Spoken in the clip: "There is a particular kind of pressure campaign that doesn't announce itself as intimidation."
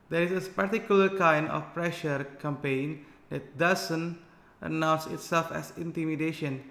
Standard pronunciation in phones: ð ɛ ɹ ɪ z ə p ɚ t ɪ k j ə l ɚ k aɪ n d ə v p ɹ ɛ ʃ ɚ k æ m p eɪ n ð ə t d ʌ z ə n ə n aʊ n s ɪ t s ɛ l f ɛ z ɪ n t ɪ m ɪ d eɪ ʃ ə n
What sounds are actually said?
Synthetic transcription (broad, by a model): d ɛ ɹ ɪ s ə p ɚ t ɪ k j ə l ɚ k aɪ n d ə f p ɹ ɛ ʃ ɚ k æ m p eɪ n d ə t d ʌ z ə n ə n aʊ n s ɪ t s ɛ l f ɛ s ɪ n t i m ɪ d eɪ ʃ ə n